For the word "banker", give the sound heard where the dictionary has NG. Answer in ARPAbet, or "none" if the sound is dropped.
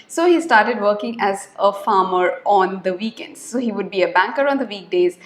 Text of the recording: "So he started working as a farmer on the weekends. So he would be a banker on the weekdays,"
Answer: NG